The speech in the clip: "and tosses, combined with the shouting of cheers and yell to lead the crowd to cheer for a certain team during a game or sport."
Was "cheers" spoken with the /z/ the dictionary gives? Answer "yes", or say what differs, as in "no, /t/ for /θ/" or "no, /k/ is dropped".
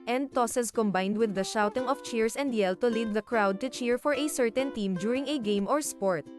no, /s/ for /z/